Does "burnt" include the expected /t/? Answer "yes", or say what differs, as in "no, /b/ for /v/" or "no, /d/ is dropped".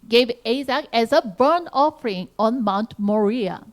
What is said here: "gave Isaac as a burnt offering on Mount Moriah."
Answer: no, /t/ is dropped